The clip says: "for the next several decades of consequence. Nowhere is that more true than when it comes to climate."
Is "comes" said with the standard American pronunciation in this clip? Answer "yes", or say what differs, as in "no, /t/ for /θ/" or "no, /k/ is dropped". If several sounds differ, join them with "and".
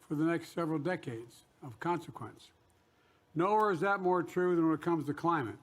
yes